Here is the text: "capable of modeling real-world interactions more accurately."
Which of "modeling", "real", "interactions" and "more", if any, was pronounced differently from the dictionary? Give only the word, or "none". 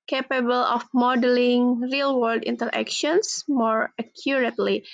interactions